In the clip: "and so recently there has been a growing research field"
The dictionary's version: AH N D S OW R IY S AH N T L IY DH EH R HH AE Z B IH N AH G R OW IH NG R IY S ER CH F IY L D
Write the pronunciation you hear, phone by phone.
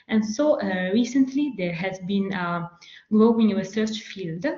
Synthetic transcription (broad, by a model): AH N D S OW R IY S AH N T L IY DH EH R HH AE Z B IH N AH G L OW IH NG R IY S ER CH F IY L D